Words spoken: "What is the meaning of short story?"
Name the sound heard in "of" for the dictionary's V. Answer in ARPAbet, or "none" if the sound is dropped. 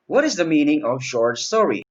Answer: V